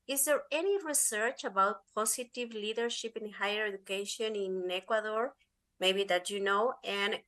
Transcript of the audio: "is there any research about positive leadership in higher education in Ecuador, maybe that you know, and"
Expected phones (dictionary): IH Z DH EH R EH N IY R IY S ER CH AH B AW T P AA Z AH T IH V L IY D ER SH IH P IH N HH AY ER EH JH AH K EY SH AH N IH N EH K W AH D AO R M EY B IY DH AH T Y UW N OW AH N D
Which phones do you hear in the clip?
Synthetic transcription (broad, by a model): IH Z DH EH R EH N IY R IY S ER CH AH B AW T P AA S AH T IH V L IY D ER SH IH P IH N HH AY ER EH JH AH K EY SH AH N IH N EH K W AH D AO R M EY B IY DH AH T Y UW N OW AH N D